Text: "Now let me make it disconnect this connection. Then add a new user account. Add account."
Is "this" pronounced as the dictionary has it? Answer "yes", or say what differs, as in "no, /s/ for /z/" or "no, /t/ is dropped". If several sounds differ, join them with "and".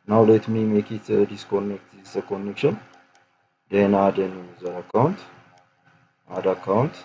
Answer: no, /s/ is dropped